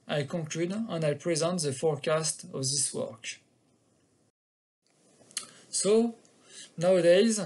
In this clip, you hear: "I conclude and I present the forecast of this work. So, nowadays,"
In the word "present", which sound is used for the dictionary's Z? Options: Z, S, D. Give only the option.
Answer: Z